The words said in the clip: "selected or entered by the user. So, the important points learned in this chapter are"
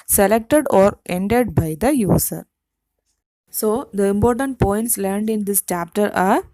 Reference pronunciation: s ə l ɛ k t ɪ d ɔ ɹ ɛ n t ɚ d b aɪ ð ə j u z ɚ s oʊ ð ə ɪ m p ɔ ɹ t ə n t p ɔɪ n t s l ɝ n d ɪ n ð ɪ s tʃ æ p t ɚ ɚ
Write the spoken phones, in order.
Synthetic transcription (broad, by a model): s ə l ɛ k t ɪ d ɔ ɹ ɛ n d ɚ d b aɪ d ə j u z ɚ s oʊ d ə ɪ m p ɔ ɹ t ə n t p ɔɪ n t s l ɝ n d ɪ n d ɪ s tʃ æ p t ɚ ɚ